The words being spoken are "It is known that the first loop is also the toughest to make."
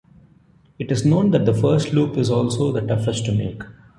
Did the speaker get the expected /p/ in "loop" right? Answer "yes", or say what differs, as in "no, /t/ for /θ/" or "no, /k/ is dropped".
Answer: yes